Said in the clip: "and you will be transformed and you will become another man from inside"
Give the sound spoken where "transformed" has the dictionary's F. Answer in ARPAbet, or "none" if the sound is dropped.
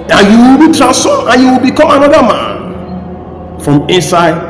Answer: none